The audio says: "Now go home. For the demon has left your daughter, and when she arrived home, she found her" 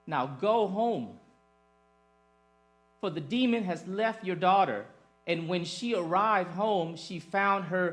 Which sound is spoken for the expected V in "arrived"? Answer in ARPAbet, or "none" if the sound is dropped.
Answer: V